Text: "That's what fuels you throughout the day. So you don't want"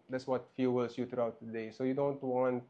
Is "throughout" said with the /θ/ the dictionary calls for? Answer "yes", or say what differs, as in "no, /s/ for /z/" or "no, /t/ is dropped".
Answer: no, /t/ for /θ/